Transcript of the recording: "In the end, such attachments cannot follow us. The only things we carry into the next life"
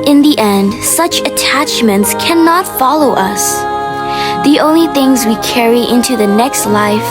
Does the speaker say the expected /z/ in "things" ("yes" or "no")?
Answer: yes